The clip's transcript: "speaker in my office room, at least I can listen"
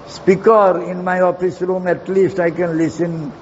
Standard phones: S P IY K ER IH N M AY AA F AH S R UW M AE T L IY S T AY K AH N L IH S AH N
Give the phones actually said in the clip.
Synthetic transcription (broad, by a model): S P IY K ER IH N M AY AA F AH S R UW M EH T L IY S T AY K AH N L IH S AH N